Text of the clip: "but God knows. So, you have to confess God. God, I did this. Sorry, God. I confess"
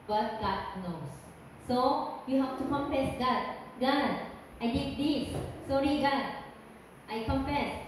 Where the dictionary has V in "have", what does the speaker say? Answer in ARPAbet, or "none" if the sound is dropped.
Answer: F